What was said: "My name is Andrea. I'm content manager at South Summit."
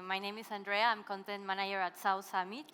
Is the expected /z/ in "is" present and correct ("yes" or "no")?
no